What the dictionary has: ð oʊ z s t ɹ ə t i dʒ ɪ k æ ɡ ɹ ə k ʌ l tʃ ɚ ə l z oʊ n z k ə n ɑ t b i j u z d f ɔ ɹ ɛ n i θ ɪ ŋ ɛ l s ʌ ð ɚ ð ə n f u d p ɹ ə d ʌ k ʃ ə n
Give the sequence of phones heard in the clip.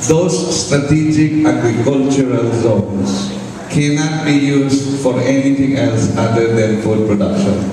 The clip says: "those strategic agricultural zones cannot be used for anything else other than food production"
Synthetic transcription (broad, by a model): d oʊ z s t ɹ ə t i dʒ ɪ k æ ɡ ɹ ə k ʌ l tʃ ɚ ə l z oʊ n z k ə n ɑ t b i j u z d f ɔ ɹ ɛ n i t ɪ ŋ ɛ l s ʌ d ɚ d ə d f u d p ɹ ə d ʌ k ʃ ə n